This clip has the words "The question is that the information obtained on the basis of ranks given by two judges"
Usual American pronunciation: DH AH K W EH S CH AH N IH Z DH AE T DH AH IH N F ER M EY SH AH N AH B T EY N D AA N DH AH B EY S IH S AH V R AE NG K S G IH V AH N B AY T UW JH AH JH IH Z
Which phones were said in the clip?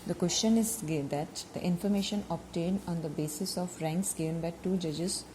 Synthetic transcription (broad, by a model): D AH K W EH S CH AH N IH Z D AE T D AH IH N F ER M EY SH AH N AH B T EY N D AA N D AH B EY S IH S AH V R AE NG K S G IH V AH N B AY T UW JH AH JH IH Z